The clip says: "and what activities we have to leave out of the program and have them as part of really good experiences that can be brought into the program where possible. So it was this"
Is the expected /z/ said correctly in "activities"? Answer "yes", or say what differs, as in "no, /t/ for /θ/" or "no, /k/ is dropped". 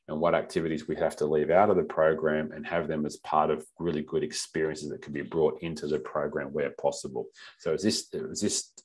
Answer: yes